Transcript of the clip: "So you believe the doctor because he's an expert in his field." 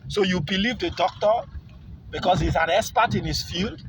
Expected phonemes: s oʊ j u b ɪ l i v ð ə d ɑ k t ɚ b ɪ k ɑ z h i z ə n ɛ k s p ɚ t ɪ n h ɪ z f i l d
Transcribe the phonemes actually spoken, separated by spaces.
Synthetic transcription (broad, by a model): s oʊ j u b ɪ l i v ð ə d ɑ k t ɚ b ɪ k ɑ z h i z ə n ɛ s p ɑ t ɪ n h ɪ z f i l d